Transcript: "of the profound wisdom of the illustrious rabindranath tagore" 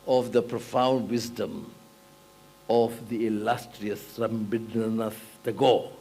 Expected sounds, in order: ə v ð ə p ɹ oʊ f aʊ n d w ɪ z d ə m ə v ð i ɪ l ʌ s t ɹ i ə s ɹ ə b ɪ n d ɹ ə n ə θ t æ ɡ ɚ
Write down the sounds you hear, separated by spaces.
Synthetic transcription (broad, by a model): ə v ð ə p ɹ oʊ f aʊ n d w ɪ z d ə m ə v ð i ɪ l ʌ s t ɹ i ə s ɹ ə b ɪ d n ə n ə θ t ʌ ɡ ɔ